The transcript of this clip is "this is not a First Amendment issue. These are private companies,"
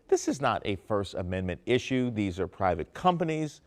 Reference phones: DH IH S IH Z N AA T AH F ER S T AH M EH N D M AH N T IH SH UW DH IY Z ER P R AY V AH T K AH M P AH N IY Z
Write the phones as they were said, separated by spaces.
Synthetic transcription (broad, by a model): DH IH S IH Z N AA T AH F ER S T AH M EH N M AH N T IH SH UW DH IY Z ER P R AY V AH T K AH M P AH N IY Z